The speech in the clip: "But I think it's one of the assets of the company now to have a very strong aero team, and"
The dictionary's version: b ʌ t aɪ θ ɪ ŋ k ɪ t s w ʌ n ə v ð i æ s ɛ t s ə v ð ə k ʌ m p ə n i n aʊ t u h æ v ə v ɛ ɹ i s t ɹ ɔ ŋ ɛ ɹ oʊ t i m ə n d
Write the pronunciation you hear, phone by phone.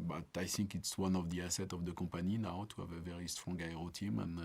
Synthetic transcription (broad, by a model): b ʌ t aɪ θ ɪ ŋ k ɪ t s w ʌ n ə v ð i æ s ɛ t ə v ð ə k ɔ p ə n i n aʊ t u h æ v ə v ɛ ɹ i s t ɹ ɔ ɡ ɛ ɹ oʊ t i m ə n